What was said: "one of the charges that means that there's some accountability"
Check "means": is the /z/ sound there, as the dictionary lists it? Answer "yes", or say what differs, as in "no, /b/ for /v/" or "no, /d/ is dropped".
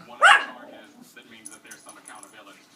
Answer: yes